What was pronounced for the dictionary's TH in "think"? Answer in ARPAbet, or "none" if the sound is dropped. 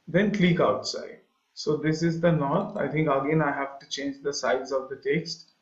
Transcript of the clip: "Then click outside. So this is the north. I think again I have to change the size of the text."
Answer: T